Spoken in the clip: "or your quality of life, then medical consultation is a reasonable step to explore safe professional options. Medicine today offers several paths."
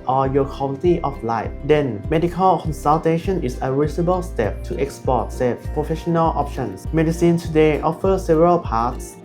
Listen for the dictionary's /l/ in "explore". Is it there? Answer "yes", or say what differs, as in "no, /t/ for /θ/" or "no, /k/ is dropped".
no, /l/ is dropped